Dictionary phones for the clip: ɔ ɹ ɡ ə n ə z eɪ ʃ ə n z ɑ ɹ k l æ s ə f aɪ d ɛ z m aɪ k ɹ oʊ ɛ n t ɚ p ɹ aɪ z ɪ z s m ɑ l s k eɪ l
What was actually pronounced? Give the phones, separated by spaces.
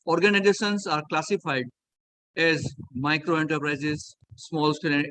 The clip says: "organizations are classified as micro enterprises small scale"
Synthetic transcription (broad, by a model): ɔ ɹ ɡ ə n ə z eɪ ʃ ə n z ɑ ɹ k l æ s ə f aɪ d ɛ z m aɪ k ɹ oʊ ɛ n t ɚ p ɹ aɪ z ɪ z s m ɑ l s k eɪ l